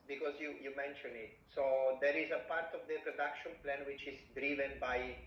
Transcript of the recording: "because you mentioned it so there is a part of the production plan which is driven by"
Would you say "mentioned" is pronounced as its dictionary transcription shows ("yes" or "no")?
no